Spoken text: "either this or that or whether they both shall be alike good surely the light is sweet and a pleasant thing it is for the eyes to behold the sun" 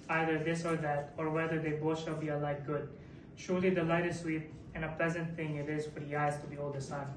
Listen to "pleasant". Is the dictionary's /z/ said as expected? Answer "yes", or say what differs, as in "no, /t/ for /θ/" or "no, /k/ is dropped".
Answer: yes